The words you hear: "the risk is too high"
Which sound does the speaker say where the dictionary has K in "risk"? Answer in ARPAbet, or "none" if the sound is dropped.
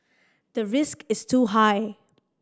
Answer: K